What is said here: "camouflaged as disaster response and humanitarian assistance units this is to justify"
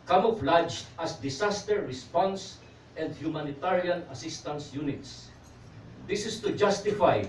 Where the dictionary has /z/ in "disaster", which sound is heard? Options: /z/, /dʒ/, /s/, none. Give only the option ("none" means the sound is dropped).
/s/